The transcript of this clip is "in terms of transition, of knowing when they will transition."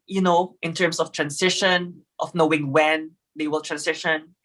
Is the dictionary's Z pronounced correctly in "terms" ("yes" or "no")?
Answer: no